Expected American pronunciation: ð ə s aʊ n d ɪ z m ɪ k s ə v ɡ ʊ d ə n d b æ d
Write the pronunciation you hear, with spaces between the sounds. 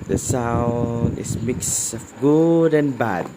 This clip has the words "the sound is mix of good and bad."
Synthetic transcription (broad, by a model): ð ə s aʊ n ɪ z m ɪ k s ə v ɡ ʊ d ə n b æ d